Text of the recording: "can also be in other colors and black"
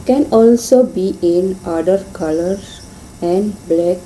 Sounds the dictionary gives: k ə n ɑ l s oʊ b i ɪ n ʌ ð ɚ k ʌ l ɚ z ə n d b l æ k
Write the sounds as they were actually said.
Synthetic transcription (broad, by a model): k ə n ɑ l s oʊ b i ɪ n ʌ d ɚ k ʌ l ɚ ə n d b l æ k